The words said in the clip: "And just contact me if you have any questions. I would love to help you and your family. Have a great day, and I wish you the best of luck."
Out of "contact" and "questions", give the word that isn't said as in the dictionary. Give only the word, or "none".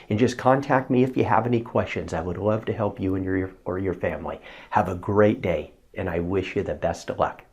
none